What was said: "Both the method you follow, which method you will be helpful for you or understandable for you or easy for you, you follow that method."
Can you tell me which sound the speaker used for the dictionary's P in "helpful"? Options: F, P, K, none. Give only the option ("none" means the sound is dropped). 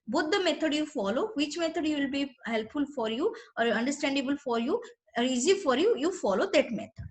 P